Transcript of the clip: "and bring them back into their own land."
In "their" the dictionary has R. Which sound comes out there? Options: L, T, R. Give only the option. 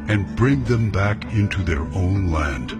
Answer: R